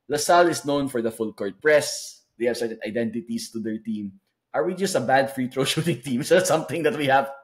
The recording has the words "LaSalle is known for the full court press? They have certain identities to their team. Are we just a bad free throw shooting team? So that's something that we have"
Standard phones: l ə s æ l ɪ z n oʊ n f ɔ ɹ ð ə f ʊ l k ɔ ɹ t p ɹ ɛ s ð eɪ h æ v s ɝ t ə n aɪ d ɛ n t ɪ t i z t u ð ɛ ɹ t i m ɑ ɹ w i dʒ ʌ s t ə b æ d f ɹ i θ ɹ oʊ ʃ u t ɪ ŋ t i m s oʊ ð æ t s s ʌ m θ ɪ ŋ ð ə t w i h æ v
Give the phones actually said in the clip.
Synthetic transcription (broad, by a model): l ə s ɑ l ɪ s n oʊ n f ɔ ɹ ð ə f ʊ l k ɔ ɹ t p ɹ ɛ s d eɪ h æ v s ɝ t ə n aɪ d ɛ n t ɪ t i s t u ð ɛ ɹ t i m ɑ ɹ w i dʒ ʌ s t ə b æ d f ɹ i t ɹ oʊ ʃ u t ɪ ŋ t i m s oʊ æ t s s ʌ m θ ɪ ŋ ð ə t w i h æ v